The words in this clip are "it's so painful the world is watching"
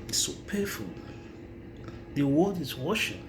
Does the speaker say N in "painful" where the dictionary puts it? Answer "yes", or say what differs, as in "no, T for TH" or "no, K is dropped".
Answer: no, N is dropped